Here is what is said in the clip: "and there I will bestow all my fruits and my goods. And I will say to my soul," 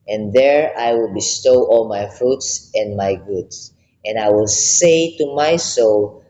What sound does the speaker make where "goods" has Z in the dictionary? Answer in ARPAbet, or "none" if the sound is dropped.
S